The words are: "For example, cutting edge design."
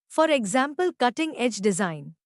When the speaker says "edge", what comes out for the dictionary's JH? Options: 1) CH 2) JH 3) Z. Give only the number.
2